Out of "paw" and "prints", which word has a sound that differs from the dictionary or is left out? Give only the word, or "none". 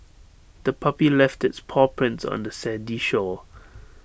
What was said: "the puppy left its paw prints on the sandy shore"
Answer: none